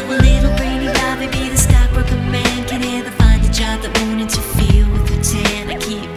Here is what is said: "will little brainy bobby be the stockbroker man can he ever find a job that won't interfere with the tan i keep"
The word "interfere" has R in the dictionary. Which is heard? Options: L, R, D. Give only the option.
L